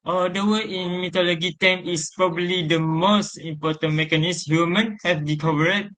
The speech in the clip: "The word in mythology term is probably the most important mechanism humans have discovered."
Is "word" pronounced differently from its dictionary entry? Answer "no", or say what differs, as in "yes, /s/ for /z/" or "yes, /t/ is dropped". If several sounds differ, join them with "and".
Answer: yes, /d/ is dropped